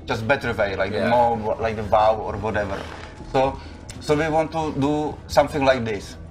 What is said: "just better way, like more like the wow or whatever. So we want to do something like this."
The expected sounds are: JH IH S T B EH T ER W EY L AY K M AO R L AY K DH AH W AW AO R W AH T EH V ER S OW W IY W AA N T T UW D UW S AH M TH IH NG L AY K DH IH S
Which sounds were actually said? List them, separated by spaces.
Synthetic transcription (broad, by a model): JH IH S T B EH T ER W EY L AY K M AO W L AY K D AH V AW AO R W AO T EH V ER S OW W IY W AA N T T UW D UW S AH M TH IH NG L AY K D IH S